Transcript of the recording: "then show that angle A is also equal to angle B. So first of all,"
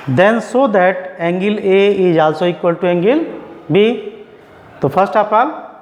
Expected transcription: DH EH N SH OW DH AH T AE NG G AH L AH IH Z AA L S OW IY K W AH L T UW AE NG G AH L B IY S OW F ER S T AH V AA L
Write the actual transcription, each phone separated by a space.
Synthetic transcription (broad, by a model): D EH N S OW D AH T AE NG G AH L AH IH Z AA L S OW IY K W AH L T UW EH NG G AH L B IY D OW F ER S T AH P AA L